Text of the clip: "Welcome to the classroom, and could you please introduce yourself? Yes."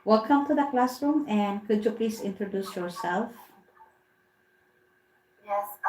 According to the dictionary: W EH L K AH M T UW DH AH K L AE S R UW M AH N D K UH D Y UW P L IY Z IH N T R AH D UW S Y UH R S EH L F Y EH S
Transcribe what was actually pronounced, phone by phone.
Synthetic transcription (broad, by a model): W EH L K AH M T UW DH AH K L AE S R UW M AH N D K UH D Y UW P L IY S IH N T R AH D UW S Y UH R S EH L F